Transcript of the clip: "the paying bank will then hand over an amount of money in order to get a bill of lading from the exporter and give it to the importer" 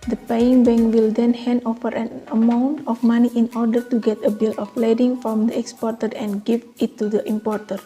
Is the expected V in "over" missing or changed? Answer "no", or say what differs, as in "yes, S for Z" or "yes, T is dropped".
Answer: yes, F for V